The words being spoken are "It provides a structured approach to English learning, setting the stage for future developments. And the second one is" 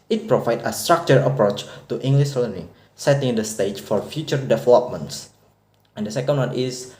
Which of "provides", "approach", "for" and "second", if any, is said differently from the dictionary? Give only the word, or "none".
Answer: provides